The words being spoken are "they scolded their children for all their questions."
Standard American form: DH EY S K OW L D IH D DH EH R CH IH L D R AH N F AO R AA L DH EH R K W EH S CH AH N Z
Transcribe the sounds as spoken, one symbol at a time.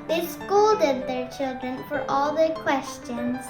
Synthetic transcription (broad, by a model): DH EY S K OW L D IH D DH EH R CH IH L D R AH N F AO R AA L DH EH R K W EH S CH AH N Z